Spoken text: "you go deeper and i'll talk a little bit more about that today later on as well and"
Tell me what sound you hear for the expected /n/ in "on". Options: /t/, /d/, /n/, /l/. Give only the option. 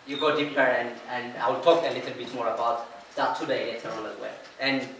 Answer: /l/